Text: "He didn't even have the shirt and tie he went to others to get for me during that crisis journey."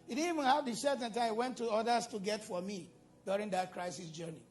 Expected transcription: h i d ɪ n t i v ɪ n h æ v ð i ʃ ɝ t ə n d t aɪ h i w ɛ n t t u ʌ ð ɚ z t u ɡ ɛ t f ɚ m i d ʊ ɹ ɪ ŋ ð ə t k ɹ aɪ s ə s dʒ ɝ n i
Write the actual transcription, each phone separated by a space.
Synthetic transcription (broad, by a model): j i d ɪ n i v ɪ n h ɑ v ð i s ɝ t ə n t aɪ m w ɛ n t t u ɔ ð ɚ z t u ɡ ɛ t f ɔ m i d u ɹ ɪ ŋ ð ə t k ɹ aɪ s ə s dʒ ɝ n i